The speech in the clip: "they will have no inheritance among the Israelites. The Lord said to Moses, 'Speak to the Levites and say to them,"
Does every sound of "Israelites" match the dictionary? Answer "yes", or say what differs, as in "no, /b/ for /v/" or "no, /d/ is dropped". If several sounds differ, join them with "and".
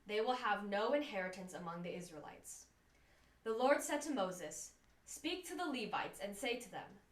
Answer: yes